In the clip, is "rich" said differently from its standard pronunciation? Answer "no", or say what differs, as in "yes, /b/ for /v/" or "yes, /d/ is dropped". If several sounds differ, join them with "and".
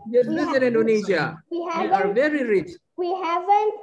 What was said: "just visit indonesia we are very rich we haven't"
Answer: no